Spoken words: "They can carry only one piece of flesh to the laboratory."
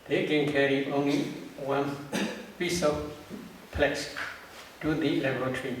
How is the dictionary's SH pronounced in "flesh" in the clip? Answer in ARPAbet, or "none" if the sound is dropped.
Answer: S